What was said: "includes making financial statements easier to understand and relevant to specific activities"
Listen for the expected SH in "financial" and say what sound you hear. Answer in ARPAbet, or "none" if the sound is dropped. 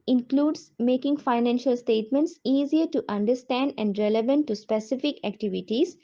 SH